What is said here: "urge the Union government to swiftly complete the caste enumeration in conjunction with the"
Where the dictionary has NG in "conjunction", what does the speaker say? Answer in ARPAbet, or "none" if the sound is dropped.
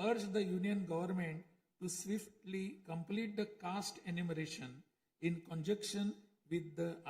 none